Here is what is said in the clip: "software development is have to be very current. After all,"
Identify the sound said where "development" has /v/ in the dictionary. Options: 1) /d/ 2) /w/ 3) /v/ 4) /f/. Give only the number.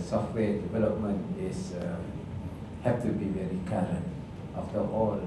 3